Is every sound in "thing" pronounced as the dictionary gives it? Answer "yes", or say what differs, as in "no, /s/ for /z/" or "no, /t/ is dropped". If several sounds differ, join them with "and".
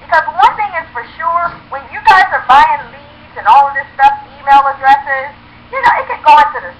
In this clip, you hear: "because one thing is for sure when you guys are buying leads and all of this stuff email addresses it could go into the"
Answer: yes